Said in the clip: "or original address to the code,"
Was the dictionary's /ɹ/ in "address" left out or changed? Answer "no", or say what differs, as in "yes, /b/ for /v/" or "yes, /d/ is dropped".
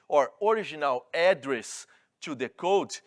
no